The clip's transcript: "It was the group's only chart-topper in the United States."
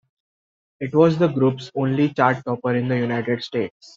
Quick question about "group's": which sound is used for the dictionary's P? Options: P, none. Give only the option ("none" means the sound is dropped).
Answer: P